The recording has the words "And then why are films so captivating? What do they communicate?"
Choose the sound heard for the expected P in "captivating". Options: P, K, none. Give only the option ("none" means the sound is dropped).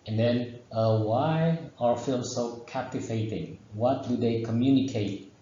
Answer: P